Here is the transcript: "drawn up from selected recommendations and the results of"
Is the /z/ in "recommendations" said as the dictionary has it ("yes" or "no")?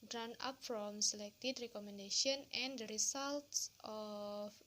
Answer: no